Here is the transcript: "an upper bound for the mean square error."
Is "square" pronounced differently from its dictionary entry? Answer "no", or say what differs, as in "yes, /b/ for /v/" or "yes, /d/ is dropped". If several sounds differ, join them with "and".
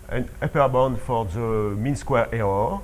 no